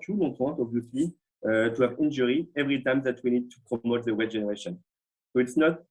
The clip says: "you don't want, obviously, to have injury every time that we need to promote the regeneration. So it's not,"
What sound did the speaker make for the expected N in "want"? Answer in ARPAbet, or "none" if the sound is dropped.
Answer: none